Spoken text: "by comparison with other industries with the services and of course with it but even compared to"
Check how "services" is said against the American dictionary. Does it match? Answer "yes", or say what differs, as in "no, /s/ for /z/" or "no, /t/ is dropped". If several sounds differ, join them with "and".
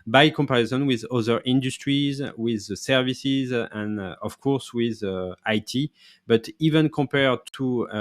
yes